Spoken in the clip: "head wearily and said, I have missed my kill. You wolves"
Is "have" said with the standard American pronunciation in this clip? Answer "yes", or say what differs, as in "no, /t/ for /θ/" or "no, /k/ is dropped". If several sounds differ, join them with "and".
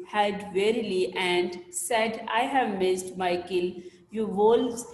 yes